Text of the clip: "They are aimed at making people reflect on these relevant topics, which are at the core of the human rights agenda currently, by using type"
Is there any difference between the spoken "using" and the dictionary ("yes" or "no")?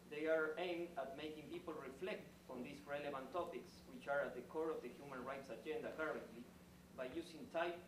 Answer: yes